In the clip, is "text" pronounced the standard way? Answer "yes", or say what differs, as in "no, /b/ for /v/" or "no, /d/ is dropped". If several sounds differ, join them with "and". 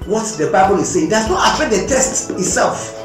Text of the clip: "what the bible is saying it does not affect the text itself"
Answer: no, /k/ is dropped